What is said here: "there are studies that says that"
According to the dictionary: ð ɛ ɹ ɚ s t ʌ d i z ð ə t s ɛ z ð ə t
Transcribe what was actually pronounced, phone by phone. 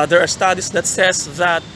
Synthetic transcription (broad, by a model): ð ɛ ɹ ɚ s t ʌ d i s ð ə t s ɛ s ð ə t